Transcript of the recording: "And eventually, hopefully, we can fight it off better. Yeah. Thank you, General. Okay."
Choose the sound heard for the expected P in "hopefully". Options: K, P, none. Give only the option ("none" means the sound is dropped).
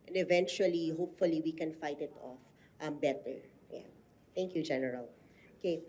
P